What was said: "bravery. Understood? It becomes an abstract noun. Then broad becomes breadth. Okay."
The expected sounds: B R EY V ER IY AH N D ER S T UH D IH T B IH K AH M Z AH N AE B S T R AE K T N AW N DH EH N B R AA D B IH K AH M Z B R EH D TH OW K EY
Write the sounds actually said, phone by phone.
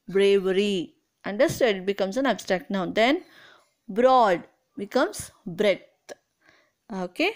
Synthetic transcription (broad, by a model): B R EY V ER IY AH N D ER S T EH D IH T B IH K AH M S AH N AE B S T R AE K T N AW N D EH N B R AA D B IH K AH M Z B R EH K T OW K EY